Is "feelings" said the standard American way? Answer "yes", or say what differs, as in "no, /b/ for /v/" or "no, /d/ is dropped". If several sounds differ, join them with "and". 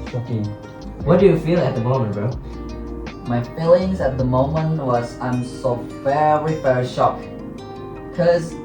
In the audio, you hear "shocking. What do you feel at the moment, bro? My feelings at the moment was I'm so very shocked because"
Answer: yes